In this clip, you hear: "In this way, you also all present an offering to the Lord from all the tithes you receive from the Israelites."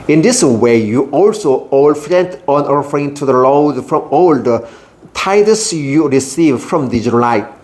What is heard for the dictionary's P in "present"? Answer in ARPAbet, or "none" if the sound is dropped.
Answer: F